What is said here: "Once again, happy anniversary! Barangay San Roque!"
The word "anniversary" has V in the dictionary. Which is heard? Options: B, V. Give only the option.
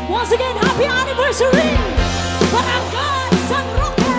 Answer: V